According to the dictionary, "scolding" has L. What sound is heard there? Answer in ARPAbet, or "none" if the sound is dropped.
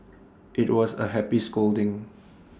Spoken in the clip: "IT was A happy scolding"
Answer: L